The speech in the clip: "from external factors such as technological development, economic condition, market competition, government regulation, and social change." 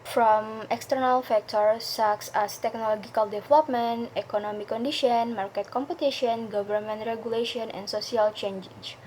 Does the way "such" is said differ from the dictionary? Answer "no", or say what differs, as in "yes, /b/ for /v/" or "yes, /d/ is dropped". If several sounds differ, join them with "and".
yes, /s/ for /tʃ/